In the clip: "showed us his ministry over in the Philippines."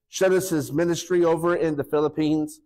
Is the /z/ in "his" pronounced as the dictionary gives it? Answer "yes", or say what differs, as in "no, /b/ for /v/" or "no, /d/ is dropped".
yes